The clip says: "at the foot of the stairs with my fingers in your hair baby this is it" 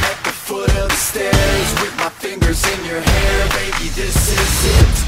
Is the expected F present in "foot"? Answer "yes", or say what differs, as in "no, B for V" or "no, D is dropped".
yes